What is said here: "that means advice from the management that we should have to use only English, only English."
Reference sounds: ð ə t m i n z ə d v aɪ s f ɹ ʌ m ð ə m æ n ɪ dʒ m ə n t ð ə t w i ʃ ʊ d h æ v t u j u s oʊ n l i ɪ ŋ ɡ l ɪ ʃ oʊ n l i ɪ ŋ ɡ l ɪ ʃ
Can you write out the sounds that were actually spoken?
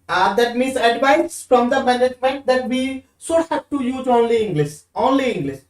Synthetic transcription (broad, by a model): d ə t m i n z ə d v aɪ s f ɹ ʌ m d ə m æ n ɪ dʒ m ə n t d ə t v i s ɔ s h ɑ p t u j u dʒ oʊ n l i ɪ ŋ ɡ l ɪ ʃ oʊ n l i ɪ ŋ ɡ l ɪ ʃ